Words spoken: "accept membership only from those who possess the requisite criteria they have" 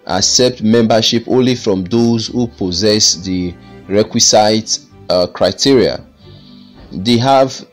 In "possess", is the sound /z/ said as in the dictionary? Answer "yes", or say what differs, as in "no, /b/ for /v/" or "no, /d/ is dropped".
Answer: yes